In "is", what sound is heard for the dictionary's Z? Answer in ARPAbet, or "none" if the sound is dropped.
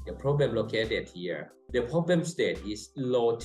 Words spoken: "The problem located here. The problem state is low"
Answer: S